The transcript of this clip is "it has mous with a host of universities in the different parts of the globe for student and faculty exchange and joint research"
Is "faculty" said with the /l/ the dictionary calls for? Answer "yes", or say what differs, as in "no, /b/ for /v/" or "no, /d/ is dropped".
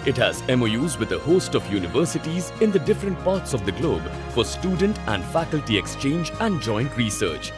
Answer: yes